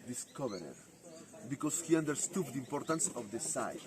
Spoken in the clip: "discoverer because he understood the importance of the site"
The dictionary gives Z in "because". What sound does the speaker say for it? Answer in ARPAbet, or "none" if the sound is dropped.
S